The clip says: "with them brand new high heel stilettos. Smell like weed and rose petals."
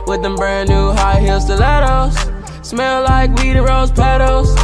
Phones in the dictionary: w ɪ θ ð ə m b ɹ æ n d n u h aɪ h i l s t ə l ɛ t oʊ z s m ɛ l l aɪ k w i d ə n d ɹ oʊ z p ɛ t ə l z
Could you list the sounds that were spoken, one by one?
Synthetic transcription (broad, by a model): w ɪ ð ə m b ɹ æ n n u h aɪ h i l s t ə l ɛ t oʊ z s m ɛ l l aɪ k w i d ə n ɹ oʊ z p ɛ t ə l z